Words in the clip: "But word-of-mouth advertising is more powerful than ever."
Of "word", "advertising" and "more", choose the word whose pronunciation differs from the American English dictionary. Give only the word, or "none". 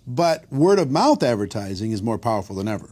none